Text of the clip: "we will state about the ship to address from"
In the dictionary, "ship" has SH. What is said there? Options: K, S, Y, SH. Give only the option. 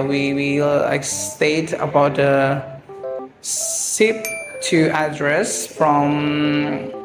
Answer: S